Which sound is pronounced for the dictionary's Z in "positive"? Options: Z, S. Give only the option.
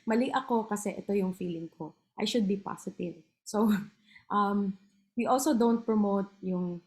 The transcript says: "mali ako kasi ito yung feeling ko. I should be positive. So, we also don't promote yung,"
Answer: S